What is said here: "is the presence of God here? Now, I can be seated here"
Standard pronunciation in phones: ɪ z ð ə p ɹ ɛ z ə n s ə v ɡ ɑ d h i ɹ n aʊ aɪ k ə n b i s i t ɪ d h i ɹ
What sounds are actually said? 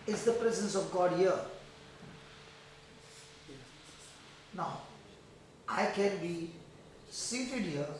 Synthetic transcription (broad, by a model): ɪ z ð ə p ɹ ɛ z ə n s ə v ɡ ɑ d h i ɹ n aʊ aɪ k ə n b i s i t ɪ d h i ɹ